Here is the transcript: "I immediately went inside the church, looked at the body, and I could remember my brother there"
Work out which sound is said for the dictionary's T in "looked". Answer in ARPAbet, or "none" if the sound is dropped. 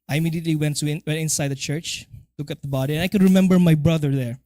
none